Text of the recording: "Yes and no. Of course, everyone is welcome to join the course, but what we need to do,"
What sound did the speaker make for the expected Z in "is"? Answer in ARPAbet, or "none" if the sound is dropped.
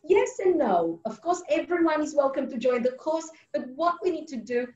Z